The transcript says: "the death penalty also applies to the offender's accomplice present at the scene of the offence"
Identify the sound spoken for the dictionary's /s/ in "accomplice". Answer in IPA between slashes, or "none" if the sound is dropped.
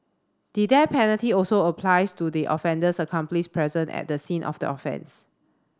/ʃ/